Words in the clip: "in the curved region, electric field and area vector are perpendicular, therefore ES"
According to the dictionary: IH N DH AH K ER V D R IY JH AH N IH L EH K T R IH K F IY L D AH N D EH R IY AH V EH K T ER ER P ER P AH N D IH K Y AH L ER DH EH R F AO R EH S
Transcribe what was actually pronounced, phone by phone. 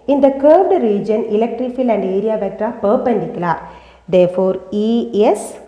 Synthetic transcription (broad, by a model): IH N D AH K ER B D R IY JH AH N IH L EH K T R IH K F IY L AH N D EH R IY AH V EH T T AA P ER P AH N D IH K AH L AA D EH R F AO R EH S